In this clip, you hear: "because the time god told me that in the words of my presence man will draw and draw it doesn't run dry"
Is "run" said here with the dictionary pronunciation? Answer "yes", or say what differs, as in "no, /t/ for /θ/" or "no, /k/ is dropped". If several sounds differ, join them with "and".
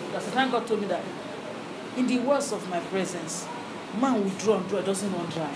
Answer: no, /w/ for /ɹ/